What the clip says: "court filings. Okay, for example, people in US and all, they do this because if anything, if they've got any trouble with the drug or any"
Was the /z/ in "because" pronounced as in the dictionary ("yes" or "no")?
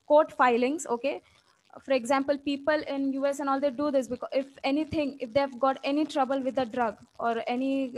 no